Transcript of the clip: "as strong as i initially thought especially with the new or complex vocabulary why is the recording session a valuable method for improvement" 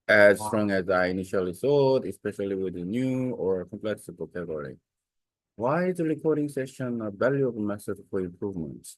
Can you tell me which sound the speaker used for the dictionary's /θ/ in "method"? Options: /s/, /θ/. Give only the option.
/s/